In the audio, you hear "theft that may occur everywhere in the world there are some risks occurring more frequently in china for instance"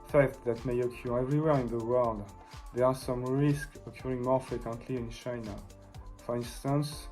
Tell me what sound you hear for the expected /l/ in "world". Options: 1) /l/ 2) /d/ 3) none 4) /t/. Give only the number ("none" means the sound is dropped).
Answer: 1